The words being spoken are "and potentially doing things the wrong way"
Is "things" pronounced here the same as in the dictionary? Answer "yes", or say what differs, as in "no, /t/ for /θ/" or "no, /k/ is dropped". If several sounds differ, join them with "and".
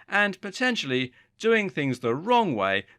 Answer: yes